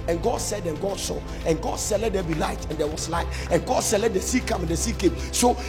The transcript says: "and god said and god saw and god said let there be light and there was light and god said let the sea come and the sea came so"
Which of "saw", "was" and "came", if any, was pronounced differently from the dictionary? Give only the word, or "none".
was